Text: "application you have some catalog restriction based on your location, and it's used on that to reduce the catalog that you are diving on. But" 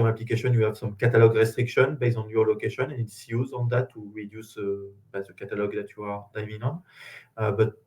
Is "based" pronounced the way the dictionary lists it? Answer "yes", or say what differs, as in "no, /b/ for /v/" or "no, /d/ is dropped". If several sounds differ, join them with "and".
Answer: no, /t/ is dropped